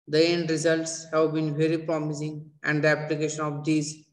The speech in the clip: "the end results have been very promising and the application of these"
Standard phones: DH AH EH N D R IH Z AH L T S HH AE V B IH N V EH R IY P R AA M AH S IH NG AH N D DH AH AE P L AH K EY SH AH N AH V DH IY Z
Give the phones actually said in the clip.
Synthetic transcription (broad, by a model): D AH EH N D R IH Z AH L T S HH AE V B IH N V EH R IY P R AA M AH S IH NG AH N D AE P L AH K EY SH AH N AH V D IY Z